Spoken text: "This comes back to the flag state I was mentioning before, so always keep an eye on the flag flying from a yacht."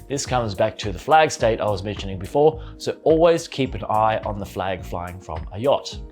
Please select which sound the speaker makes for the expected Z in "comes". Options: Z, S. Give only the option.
Z